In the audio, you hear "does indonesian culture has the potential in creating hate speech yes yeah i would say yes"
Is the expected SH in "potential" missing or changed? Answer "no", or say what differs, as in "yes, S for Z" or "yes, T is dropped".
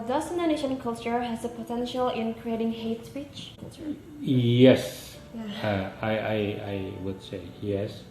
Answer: no